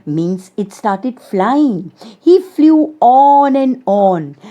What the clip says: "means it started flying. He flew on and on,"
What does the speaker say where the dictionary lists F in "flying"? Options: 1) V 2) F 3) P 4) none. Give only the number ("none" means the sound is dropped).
2